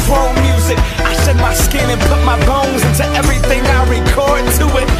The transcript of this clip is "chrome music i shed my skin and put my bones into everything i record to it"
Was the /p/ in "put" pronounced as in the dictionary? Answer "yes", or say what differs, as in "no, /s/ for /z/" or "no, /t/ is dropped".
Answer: yes